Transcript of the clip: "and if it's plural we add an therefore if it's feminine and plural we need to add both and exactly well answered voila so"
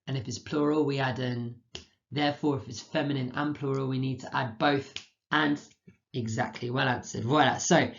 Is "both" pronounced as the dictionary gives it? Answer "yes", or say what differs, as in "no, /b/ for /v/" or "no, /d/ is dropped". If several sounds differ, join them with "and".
yes